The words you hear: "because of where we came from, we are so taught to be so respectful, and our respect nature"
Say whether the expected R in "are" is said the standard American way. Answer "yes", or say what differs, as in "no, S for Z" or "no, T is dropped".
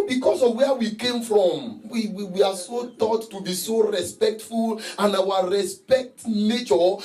no, W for R